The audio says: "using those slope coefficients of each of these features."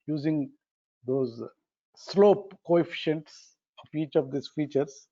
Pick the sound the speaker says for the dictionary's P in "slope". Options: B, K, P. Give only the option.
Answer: P